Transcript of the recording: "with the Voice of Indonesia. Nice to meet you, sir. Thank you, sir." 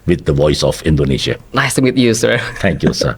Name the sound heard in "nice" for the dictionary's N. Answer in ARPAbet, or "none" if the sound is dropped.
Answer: L